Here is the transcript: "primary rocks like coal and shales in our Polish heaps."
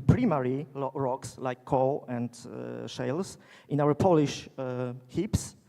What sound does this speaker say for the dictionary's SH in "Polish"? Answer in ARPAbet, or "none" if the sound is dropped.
SH